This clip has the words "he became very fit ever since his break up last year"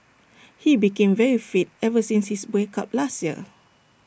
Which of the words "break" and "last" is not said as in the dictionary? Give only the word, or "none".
break